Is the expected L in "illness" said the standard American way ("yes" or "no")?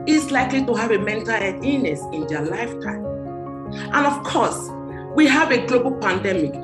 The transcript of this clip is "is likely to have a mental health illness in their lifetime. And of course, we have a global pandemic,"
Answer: no